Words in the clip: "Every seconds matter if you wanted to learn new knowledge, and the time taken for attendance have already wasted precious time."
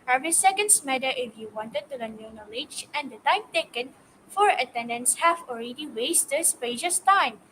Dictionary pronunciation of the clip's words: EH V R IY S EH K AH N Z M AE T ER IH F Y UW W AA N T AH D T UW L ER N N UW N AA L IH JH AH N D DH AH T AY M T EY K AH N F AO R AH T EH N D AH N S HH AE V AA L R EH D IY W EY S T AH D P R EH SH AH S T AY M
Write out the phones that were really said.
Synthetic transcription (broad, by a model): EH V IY S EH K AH N S M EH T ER IH F Y UW W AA N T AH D T UW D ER N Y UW N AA L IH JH AH N D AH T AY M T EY K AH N F AO R AH T EH N D AH N S HH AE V AA L R EH D IY W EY S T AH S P EH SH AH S T AY M